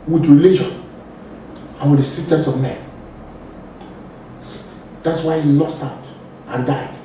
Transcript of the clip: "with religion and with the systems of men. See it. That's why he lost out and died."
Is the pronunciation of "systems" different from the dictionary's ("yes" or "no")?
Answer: yes